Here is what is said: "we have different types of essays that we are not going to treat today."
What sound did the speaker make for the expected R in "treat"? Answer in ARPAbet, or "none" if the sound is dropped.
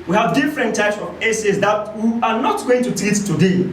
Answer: none